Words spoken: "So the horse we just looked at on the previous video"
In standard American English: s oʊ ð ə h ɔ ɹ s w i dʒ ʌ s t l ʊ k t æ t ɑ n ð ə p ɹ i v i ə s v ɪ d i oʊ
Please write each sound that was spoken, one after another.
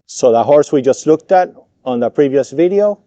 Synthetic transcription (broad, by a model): s oʊ ð ə h ɔ ɹ s w i dʒ ʌ s t l ʊ k t æ t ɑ n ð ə p ɹ i v i ə s v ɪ d i oʊ